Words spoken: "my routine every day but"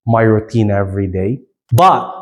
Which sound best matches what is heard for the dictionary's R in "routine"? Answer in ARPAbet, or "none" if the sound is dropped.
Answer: R